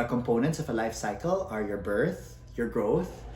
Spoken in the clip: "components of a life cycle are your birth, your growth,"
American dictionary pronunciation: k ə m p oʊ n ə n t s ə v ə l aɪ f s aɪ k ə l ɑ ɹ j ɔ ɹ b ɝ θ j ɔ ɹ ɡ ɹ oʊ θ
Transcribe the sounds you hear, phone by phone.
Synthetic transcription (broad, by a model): k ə m p oʊ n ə n t s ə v ə l aɪ f s aɪ k ə l ɑ ɹ j ɔ ɹ b ɝ θ j ɔ ɹ ɡ ɹ oʊ θ